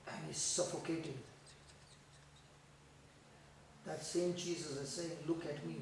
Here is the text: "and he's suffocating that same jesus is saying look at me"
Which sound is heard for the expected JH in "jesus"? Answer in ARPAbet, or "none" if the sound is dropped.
CH